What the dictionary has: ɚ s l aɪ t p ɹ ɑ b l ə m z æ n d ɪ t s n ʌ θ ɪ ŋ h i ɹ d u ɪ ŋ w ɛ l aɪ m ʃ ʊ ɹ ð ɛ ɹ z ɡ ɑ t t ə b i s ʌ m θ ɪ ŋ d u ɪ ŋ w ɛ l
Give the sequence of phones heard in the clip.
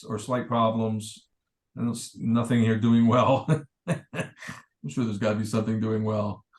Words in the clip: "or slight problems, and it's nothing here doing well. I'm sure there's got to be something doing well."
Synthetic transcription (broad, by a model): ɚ s l aɪ t p ɹ ɑ b l ə m z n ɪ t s n ʌ θ ɪ ŋ h i ɹ d u ɪ ŋ w ɛ l aɪ m ʃ ʊ ɹ ð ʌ ɹ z ɡ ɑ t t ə b i s ʌ m θ ɪ ŋ d u ɪ ŋ w ɛ l